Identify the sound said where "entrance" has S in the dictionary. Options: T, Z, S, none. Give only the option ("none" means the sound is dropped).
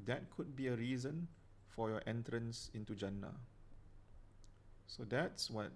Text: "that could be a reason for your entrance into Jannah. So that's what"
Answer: S